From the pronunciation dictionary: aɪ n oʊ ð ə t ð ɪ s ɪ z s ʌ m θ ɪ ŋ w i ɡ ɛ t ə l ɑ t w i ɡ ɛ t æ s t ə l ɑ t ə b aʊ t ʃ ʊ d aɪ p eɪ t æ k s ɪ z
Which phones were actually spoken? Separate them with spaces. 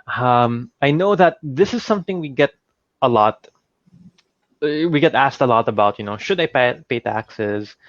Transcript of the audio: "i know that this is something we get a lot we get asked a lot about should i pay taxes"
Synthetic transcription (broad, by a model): aɪ n oʊ ð ə t ð ɪ s ɪ z s ʌ m θ ɪ ŋ w i ɡ ɛ t ə l ɑ t w i ɡ ɛ t æ s t ə l ɑ t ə b aʊ t ʃ ʊ d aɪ p eɪ t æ k s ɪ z